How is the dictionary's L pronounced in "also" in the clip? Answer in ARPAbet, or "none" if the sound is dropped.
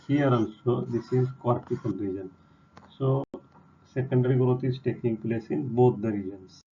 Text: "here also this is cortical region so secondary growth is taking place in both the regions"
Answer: N